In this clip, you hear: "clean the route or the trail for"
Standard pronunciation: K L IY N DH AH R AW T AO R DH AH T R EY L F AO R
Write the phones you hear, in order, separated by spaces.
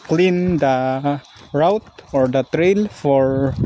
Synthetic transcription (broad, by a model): K L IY N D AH R AW T AO R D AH T R EY L F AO R